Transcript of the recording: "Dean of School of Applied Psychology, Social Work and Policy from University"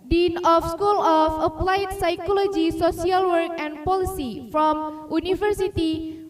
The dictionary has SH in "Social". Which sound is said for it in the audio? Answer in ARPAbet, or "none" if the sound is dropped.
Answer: S